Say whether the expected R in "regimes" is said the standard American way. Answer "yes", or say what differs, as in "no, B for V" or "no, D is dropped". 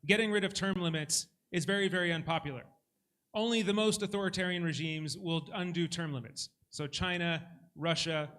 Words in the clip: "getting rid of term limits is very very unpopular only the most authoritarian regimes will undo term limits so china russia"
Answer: yes